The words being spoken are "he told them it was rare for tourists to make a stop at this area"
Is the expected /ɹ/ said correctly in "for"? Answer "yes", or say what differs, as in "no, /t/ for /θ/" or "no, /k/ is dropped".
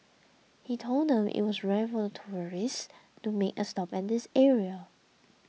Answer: no, /l/ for /ɹ/